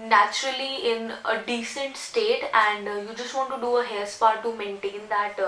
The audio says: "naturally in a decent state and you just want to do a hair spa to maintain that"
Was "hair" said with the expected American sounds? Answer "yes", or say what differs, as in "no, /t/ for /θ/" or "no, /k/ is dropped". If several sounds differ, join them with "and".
no, /l/ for /ɹ/